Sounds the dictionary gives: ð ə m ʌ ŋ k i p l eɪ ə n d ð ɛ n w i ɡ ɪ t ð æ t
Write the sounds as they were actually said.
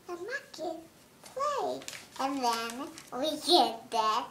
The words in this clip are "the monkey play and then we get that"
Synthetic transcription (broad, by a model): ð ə m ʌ k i p l eɪ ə n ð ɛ n w i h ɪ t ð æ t